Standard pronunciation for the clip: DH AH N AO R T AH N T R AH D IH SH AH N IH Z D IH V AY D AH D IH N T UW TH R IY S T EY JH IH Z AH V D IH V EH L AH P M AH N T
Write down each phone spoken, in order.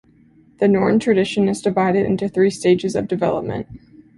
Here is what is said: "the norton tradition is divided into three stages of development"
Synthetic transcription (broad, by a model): DH AH N AO R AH N T R AH D IH SH AH N IH Z D IH V AY D AH D IH N T UW TH R IY S T EY JH IH Z AH V D IH V EH L AH P M AH N T